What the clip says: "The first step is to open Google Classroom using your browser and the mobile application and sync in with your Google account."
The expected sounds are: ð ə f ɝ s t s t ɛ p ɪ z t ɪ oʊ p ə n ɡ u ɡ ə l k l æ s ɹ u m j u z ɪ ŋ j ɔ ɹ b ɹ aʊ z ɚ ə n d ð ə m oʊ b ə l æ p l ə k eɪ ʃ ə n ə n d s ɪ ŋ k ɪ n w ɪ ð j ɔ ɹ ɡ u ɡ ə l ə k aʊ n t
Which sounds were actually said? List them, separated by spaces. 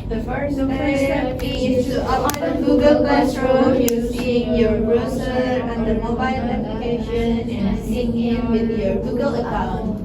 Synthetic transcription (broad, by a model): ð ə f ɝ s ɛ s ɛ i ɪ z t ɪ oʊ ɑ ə ɡ u ɡ ə l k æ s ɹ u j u s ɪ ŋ j ɔ ɹ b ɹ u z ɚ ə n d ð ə m oʊ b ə l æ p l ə k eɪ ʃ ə n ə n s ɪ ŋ ɪ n w ɪ ð j ɔ ɹ ɡ u ɡ ə l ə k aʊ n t